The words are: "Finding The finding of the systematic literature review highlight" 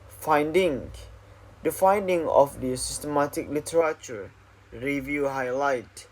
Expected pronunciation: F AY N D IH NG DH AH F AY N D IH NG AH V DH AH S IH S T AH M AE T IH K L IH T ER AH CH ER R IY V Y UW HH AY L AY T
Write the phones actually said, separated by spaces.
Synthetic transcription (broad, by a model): F AY N D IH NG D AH F AY N D IH NG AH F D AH S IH S T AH M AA T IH K L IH T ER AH CH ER R IY V Y UW HH AY L AY T